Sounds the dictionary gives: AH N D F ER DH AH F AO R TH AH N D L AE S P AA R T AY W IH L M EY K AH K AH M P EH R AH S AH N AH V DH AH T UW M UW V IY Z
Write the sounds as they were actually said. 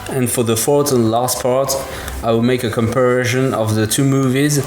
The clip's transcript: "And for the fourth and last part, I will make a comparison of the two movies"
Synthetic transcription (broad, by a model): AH N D F ER DH AH F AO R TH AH N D L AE S P AA R T AY W IH L M EY K AH K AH M P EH R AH SH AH N AH V DH AH T UW M UW V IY Z